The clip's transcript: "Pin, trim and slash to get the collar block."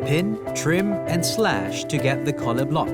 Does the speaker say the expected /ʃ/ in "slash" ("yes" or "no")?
yes